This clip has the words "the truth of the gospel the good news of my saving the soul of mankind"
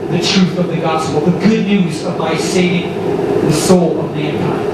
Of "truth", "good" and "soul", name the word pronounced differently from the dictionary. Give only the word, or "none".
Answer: none